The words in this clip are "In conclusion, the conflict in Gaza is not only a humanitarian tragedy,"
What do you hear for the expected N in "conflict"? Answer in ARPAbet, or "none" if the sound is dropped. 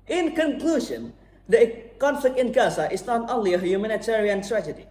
N